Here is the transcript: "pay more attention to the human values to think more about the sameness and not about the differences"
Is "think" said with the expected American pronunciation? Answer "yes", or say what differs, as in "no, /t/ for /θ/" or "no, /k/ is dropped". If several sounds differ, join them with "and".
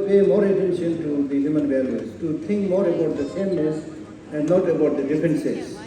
no, /t/ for /θ/